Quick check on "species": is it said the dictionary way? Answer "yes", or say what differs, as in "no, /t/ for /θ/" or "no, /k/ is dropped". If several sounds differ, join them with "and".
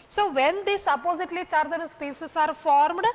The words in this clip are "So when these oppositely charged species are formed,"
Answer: no, /s/ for /ʃ/